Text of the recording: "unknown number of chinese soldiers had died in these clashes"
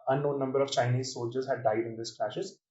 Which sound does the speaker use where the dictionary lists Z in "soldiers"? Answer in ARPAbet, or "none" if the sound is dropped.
Z